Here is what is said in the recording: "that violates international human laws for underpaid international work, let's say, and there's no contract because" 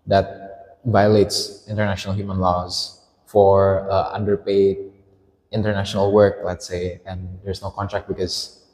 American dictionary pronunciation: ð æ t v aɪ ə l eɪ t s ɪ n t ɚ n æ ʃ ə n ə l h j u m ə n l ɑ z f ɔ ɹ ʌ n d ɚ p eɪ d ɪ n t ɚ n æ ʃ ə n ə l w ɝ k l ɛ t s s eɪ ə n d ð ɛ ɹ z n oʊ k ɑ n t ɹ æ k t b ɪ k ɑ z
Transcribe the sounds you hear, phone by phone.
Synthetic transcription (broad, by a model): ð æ t v aɪ ə l eɪ t s ɪ n t ɚ n æ ʃ ə n ə l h j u m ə n l ɑ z f ɔ ɹ ʌ n d ɚ p eɪ d ɪ n t ɚ n æ ʃ ə n ə l w ɝ k l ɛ t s s eɪ ə n d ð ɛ ɹ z n oʊ k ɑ n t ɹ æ k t b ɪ k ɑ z